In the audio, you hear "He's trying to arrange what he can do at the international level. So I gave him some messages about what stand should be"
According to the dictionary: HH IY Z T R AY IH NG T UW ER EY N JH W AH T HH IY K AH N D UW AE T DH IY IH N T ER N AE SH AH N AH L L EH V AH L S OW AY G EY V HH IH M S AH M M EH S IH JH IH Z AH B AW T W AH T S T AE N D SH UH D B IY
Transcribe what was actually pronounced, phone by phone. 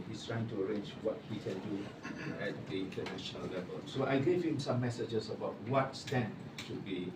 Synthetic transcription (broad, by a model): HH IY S T R AY IH NG T UW ER EY N JH W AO T HH IY K AH N D UW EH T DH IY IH N T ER N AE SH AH N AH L L EH V AH L S OW AY G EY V HH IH M S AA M M EH S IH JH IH S AH B AW T W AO T S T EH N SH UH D B IY